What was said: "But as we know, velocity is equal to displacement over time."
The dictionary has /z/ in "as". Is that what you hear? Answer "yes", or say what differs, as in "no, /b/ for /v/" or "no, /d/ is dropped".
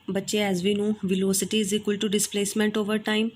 yes